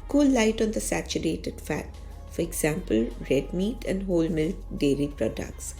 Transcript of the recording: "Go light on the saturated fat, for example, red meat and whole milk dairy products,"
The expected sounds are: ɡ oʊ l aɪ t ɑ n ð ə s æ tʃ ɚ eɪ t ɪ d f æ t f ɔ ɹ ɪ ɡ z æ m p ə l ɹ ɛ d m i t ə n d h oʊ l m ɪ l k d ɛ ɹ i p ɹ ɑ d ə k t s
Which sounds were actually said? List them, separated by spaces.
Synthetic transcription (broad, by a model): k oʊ l aɪ t ɑ n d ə s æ tʃ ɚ eɪ t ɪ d f æ t f ɔ ɹ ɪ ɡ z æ m p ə l ɹ ɛ d m i t ə n d h oʊ l m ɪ l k d ɛ ɹ i p ɹ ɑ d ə k t s